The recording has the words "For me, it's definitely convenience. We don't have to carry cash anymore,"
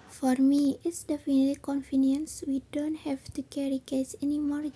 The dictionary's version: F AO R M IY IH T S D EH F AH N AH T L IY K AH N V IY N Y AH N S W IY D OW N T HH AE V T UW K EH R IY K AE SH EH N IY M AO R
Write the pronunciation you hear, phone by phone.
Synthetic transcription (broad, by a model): F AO R M IY IH T S D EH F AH N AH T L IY K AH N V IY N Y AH N S W IY D OW N T HH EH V T UW K EH R IY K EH S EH N IY M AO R